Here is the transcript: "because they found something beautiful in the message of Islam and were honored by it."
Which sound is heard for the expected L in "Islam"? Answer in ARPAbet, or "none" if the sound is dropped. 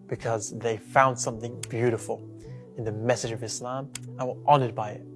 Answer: L